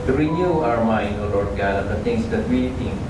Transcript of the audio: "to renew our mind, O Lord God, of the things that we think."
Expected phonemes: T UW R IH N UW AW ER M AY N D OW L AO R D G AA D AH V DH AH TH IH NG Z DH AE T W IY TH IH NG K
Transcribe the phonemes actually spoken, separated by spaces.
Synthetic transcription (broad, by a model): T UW R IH N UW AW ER M AY N D OW L AO R D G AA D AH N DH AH T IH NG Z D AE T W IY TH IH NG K